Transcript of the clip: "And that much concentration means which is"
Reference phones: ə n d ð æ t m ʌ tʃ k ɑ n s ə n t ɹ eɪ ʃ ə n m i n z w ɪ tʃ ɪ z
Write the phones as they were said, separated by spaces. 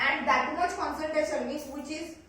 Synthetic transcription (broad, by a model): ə n d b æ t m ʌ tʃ k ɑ n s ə l t ɹ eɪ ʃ ə n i z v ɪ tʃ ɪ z